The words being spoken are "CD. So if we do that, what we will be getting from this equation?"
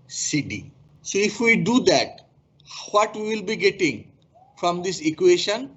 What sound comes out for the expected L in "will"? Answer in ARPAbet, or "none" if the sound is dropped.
L